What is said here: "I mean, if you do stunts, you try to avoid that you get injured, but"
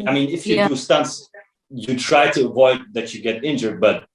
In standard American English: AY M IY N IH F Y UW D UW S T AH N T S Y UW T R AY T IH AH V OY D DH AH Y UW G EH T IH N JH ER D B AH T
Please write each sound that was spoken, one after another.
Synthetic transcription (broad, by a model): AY M IY N IH F Y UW D UW S T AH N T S Y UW T R AY T IH AH V OY D DH AH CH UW G EH T IH N JH ER D B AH T